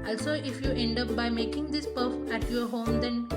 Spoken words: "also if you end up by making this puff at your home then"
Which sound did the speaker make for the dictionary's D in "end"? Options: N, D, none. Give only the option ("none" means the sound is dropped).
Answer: D